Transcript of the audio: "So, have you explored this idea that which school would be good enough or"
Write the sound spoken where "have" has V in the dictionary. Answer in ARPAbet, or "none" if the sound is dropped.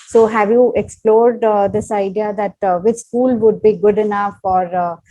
V